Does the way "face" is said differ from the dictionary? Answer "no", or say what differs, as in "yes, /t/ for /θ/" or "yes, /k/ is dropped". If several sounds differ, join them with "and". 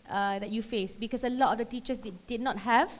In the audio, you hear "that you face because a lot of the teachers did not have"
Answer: no